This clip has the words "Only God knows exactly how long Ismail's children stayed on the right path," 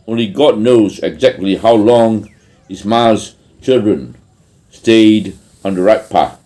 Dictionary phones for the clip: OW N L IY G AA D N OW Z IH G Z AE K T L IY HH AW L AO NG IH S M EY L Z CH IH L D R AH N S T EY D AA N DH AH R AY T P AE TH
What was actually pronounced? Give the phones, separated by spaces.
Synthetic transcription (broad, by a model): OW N L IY G AA D N OW Z IH G Z AE K T L IY HH AW L AO NG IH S M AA Z CH IH L D R AH N S T EY D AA N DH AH R AY T P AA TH